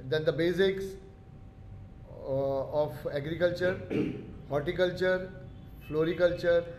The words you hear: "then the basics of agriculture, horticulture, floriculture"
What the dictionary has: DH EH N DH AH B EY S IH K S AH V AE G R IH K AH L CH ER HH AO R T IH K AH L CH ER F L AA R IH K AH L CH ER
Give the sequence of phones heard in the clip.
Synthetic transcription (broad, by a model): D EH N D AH B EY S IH K S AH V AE G R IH K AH L CH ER HH AO R T IH K AH L CH ER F L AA R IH K AH L CH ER